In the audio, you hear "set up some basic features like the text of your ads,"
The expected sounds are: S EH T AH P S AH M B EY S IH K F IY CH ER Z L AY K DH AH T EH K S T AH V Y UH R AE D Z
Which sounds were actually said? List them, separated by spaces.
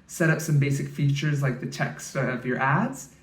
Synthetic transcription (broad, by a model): S EH T AH P S AH M B EY S IH K F IY CH ER Z L AY K DH AH T EH K S T AH V Y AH R AE D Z